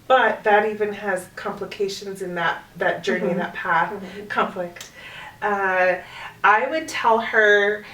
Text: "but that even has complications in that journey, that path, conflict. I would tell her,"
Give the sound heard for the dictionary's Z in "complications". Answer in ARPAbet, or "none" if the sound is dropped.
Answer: Z